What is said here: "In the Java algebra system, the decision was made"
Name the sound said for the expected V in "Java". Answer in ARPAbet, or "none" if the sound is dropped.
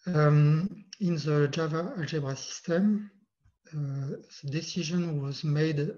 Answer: V